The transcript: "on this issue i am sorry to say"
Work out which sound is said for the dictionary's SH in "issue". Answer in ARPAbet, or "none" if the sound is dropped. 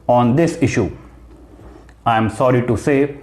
SH